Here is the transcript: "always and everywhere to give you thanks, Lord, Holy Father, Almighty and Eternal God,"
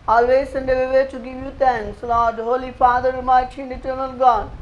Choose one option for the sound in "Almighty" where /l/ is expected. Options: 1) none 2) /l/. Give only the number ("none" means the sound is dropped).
1